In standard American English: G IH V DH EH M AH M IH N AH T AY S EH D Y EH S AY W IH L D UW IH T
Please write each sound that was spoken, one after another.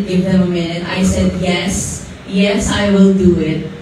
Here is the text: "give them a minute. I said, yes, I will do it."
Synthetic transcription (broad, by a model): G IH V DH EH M AH M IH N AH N AY S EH D Y EH S AY W IH L D UW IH T